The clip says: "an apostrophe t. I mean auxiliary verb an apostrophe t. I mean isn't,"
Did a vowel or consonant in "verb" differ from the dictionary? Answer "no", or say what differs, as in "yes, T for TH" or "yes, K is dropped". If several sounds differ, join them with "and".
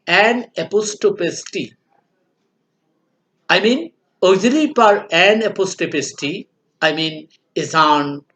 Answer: yes, P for V